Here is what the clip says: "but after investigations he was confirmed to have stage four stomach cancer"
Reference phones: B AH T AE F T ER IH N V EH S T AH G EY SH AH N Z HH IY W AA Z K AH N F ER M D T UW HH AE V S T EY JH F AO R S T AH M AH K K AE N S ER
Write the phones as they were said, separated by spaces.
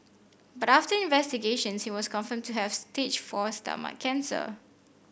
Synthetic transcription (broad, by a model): B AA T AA F T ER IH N V EH S T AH G EY SH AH N S HH IY W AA S K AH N F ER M T UW HH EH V S T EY CH F AO S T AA M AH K K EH N S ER